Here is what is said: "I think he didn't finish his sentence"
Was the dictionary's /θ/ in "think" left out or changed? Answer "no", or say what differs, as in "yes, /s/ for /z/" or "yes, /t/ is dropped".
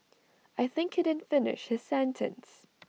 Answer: no